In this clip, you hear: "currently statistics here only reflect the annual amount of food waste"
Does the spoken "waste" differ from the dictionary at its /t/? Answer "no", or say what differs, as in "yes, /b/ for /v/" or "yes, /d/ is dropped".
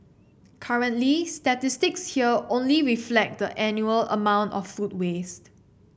no